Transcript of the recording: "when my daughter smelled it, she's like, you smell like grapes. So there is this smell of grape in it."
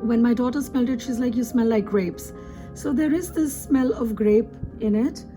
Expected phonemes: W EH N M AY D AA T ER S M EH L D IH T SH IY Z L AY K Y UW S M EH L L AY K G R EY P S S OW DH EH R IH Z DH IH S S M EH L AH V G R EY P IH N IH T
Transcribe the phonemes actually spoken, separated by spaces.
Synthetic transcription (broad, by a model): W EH N M AY D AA T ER S M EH L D IH T SH IY Z L AY K Y UW S M EH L L AY K G R EY P S S OW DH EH R IH Z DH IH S S M EH L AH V G R EY P IH N IH T